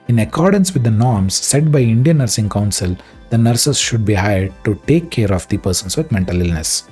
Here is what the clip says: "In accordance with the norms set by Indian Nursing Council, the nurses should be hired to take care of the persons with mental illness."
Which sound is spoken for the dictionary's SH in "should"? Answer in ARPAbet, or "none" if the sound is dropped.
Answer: SH